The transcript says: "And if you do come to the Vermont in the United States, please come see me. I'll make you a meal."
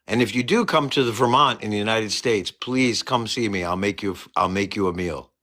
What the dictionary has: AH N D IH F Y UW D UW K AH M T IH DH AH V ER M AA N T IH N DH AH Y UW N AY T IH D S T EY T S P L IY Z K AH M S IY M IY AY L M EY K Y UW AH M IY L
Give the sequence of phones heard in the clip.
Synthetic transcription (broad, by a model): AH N IH F Y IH D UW K AH M T IH DH AH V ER M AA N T IH N DH AH Y UW N AY T IH D S T EY T S P L IY Z K AH M S IY M IY AY L M EY K Y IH AH M IY L